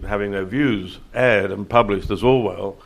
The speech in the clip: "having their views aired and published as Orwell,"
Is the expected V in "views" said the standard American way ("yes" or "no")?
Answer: yes